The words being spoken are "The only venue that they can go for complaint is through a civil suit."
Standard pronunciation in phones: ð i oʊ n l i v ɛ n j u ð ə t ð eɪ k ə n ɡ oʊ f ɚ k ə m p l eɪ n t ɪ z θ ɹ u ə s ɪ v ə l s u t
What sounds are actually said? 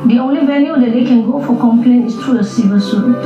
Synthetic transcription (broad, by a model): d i oʊ n l i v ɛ l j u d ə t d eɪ k ə n ɡ oʊ f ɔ k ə m p l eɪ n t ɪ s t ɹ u ə s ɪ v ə s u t